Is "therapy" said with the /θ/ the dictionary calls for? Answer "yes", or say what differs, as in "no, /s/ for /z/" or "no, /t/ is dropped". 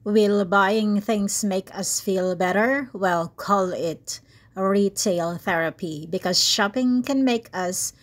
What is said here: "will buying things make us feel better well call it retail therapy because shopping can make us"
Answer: yes